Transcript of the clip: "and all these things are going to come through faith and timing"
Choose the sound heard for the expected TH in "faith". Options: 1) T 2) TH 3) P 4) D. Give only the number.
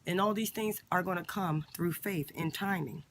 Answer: 2